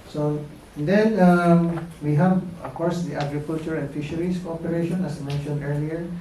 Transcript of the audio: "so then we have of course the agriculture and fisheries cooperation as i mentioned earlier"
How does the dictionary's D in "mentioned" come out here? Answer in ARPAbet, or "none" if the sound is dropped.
D